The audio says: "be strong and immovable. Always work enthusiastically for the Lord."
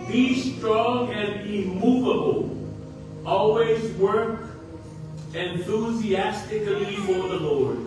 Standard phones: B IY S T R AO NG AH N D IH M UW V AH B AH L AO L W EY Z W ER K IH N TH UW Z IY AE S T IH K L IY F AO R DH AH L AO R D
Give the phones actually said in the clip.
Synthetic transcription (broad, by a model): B IY S T R AO NG AH N D IH M UW V AH B AH L AO L W EY Z W ER K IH N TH UW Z IY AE S T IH K L IY F AO R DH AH L AO R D